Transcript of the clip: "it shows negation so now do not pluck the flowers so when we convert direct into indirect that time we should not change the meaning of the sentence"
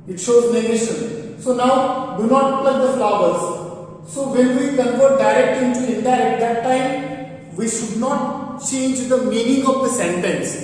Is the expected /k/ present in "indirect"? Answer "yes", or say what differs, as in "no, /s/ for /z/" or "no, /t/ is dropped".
no, /k/ is dropped